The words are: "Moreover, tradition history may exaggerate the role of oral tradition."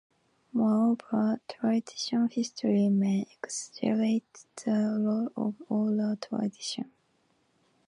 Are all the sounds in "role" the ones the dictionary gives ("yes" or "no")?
no